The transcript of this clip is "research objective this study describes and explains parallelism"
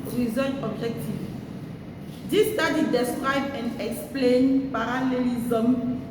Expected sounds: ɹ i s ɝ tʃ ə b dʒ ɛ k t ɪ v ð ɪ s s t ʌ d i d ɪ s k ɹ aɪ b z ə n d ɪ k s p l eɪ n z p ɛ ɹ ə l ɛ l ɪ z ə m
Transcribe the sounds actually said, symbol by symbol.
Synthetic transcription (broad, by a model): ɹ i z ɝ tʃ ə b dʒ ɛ k t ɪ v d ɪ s s t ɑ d i d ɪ s k ɹ aɪ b ə n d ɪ k s p l eɪ n p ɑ ɹ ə l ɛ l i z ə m